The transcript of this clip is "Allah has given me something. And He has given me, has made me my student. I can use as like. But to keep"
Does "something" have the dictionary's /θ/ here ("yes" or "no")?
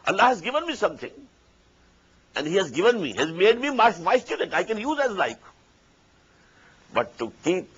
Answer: no